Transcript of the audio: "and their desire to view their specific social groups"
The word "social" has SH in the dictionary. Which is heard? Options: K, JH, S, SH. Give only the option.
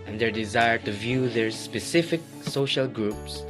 SH